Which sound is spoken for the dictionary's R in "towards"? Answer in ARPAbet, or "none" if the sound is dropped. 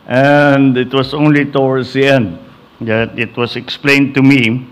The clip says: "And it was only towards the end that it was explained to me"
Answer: W